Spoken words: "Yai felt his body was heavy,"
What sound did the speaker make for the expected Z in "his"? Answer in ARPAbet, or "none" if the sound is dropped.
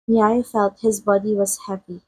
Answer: Z